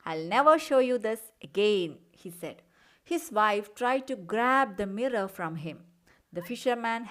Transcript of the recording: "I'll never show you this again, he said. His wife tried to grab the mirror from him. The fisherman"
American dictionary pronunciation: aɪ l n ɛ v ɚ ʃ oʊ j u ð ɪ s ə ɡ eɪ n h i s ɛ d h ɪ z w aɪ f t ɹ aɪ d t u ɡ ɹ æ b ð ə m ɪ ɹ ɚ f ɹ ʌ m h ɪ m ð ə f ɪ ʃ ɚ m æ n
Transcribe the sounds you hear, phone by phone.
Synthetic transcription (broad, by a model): aɪ l n ɛ v ɚ ʃ oʊ j u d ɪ s ə ɡ eɪ n h i s ɛ d h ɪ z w aɪ f t ɹ aɪ d t u ɡ ɹ æ b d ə m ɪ ɹ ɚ f ɹ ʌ m h ɪ m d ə f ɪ ʃ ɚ m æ n